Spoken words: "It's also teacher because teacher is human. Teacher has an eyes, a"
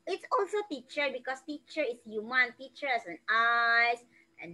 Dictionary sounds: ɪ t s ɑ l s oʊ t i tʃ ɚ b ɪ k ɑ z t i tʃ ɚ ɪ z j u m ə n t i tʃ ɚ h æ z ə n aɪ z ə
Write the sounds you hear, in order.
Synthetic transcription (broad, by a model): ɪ t s ɑ l s oʊ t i tʃ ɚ b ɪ k ɑ s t i tʃ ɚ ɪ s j u m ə n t i tʃ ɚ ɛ s ə n aɪ s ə